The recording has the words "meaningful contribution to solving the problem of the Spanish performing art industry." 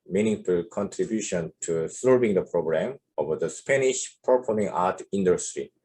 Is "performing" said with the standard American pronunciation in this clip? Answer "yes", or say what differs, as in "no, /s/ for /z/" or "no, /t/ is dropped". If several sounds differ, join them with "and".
no, /p/ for /f/